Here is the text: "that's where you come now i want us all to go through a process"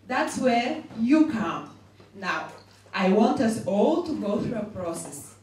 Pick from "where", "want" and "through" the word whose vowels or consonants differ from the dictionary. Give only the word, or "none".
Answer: none